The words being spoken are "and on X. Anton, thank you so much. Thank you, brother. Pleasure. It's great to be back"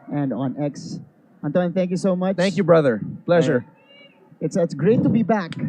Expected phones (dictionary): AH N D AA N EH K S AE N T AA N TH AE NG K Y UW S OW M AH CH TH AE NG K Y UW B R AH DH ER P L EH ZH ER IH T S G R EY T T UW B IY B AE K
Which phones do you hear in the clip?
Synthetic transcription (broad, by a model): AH N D AA N EH K S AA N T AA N TH AE NG K Y UW S OW M AH CH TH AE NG K Y UW B R AH DH ER P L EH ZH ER IH T S G R EY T T UW B IY B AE K